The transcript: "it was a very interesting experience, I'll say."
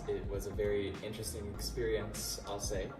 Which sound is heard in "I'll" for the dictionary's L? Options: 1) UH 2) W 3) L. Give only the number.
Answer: 3